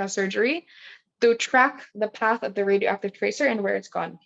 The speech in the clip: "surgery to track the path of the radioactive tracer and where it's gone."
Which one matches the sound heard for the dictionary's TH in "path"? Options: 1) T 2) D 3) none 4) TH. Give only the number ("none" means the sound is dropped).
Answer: 4